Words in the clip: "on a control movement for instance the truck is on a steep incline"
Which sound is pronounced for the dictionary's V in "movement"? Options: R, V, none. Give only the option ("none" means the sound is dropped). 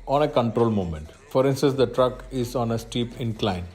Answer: none